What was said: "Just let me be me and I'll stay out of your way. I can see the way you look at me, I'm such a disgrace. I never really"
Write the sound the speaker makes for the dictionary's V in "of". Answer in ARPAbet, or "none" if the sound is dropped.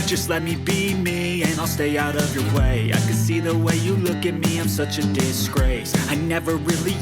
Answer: V